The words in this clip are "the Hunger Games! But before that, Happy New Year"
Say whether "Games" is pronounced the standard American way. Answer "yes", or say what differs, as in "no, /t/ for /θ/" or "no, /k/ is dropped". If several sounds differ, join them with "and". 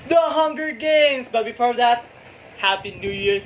no, /s/ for /z/